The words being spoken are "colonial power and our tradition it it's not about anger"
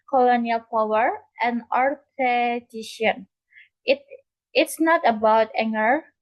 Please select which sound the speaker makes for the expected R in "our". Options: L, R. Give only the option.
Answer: R